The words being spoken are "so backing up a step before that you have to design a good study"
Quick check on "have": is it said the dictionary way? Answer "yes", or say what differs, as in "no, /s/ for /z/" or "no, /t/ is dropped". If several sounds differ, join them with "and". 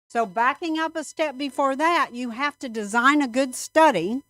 no, /f/ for /v/